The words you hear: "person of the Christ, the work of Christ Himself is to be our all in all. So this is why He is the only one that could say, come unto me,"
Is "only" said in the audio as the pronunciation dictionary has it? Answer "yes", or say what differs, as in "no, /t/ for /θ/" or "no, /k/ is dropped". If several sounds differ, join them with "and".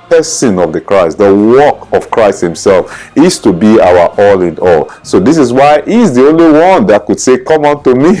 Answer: yes